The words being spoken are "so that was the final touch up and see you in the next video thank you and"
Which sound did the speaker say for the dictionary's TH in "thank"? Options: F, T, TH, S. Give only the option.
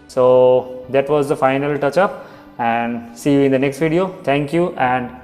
T